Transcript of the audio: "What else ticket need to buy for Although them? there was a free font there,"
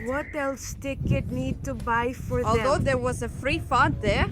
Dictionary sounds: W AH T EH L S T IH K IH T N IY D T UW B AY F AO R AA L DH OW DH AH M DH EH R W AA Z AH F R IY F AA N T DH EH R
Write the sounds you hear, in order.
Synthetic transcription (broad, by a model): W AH T EH L S T IH K IH T N IY D T UW B AY F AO R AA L EH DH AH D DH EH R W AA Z AH F R IY F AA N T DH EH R